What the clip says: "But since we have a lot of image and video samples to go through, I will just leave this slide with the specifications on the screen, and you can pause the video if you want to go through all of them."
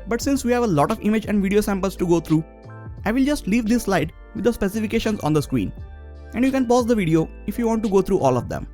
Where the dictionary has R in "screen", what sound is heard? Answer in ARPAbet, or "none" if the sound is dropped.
W